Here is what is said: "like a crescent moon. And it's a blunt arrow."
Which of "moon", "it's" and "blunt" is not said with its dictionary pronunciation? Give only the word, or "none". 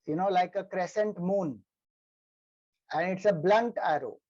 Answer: none